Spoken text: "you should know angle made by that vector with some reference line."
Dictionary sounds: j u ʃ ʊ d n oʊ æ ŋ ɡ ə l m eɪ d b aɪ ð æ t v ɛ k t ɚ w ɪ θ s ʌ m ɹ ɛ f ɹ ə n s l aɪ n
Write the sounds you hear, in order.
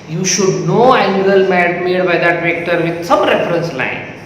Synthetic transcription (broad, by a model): j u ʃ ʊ d n oʊ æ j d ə l m eɪ d b aɪ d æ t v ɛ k t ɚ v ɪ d s ʌ m ɹ ɛ f ɹ ə n s l aɪ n